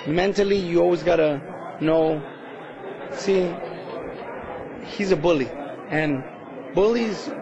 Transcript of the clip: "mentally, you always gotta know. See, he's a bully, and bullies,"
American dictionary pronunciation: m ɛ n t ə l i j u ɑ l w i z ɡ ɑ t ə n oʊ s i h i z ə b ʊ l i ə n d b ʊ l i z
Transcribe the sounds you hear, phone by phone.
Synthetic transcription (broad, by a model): m ɛ n t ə l i j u ɑ l w i z ɡ ɑ t ə n oʊ s i h i z ə b ʊ l i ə n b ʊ l i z